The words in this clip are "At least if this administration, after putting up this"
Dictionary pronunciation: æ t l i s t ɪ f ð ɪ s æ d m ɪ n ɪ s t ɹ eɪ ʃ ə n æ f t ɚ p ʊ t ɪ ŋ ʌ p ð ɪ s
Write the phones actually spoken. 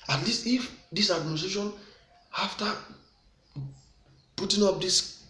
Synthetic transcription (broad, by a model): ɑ t l i s t ɪ f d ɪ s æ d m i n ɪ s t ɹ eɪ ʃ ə n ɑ f t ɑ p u t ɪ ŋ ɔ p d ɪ s